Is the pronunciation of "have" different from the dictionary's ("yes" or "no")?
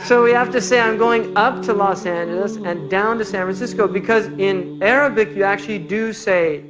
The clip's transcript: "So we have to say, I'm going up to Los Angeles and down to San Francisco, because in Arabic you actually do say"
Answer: yes